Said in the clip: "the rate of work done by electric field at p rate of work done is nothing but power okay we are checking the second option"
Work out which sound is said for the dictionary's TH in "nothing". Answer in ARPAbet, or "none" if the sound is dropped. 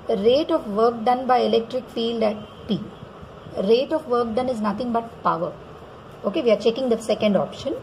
T